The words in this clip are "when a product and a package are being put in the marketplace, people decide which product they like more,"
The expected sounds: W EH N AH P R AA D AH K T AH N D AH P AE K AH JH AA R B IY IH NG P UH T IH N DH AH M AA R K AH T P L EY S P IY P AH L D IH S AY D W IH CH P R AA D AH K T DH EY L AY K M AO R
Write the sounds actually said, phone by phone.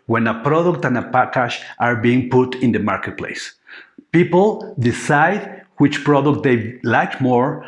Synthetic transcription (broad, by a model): W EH N AH P R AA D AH K T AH N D AH P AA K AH SH AA R B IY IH NG P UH T IH N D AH M AA R K AH T P L EY S P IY P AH L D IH S AY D W IH CH P R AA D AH K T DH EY L AY K M AO R